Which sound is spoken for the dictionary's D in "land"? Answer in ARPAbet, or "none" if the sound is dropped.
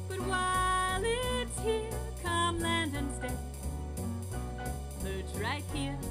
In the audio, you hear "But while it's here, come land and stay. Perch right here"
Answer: D